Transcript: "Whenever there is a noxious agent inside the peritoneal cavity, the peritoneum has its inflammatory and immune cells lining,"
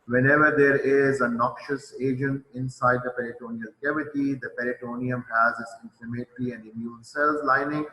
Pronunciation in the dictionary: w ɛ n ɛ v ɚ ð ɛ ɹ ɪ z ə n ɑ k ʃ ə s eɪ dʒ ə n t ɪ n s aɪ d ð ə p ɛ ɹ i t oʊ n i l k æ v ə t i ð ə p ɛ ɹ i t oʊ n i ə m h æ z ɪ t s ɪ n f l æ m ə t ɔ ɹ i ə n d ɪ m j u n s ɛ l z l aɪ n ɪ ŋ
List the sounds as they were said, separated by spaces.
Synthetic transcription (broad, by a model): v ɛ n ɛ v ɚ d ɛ ɹ ɪ z ə n ɑ k ʃ ə s eɪ dʒ ə n t ɪ n s aɪ d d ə p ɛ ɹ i t oʊ n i l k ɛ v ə t i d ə p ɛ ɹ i t oʊ n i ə m h æ z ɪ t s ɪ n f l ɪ m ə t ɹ i ə n d ɪ m j u n s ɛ l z l aɪ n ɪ ŋ